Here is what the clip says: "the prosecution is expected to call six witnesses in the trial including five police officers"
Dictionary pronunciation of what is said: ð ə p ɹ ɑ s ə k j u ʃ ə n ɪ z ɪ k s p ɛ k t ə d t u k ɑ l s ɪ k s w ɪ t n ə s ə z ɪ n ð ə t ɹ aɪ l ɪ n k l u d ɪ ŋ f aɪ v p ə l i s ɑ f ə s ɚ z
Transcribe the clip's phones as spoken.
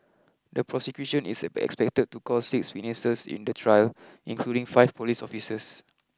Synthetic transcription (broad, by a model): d ə p ɹ ɑ s ə k j u ʃ ə n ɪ s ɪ k s p ɛ k t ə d t u k ɑ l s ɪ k s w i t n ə s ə s ɪ n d ə t ɹ aɪ l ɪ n k l u d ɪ ŋ f aɪ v p ə l i s ɑ f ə s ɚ s